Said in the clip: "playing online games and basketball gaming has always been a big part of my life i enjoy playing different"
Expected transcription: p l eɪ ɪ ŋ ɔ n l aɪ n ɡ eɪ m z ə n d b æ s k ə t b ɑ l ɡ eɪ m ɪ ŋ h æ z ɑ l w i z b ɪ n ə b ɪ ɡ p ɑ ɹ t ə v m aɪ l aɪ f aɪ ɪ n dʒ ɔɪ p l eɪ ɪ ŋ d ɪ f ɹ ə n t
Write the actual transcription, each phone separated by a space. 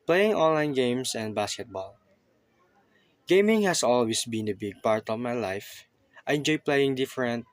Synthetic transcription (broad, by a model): p l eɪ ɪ ŋ ɔ n l aɪ n ɡ eɪ m s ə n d b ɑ s k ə t b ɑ l ɡ eɪ m ɪ ŋ h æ s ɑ l w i s b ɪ n ə b ɪ ɡ p ɑ ɹ t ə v m aɪ l aɪ f aɪ ɪ n dʒ ɔɪ p l eɪ ɪ ŋ d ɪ f ɹ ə n t